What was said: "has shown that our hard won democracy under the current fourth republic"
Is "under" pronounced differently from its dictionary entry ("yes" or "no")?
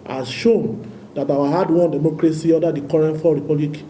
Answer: yes